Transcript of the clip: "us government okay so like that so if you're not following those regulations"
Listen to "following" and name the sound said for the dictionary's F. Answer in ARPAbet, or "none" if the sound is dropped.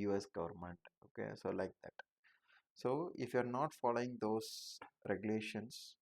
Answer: F